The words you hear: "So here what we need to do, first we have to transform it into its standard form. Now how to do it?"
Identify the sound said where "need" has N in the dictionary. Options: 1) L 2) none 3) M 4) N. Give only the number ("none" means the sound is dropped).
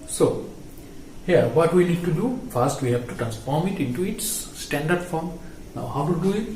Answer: 1